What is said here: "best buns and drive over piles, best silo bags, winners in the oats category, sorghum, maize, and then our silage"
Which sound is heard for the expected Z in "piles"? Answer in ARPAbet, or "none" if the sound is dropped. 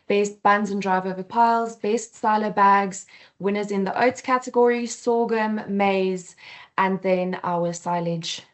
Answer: Z